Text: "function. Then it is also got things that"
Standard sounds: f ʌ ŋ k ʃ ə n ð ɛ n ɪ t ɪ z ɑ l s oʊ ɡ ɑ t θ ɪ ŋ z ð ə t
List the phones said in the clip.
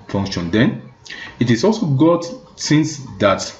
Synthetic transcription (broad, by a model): f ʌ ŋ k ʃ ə n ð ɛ n ɪ t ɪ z ɑ l s oʊ ɡ ɑ t s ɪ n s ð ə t